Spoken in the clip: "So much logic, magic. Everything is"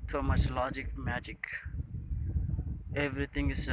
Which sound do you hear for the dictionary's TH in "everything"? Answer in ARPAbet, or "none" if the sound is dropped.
T